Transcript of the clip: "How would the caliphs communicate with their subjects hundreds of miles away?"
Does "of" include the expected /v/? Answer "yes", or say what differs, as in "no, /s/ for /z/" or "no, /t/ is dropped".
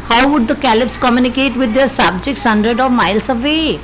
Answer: yes